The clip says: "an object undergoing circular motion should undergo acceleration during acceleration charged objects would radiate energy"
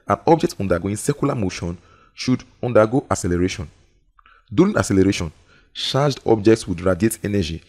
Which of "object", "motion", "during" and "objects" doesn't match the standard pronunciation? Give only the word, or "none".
during